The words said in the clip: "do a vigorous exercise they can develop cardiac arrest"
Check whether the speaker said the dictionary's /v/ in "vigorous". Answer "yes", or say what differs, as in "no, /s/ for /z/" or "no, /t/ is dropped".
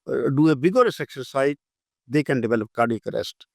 no, /b/ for /v/